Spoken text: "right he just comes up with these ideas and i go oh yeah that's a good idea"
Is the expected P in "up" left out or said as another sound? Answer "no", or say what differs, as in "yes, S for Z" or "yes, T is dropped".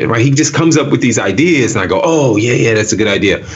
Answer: no